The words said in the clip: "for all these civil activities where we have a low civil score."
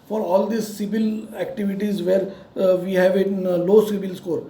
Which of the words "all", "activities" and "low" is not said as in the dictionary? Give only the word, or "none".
none